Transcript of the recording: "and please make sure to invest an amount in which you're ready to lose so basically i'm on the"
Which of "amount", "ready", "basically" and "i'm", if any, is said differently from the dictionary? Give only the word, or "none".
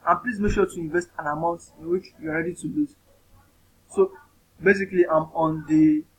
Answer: none